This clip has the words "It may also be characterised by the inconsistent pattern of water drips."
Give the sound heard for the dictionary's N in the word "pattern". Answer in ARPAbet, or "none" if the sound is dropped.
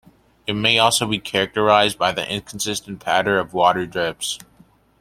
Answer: none